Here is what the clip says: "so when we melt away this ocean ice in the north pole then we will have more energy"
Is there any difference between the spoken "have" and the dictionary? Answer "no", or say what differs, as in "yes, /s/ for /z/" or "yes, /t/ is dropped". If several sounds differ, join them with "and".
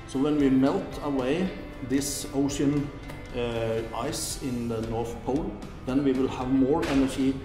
no